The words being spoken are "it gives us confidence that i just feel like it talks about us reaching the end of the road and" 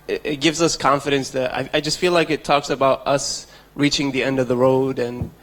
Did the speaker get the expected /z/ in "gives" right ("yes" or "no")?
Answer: yes